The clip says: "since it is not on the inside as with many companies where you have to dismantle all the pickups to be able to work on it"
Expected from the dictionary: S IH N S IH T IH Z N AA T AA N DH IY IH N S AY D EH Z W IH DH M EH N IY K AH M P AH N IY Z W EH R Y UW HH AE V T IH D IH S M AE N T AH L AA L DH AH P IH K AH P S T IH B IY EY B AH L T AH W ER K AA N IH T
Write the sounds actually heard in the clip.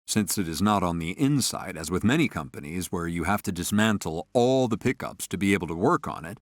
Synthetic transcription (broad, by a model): S IH N S IH T IH Z N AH T N DH IY IH N S AY D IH Z W IH DH M EH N IY K AH M P AH N IY Z W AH R Y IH HH AE F T IH D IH S M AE N T L AA L DH AH P IH K AH P S T IH B IY EY B L T AH W ER K N IH T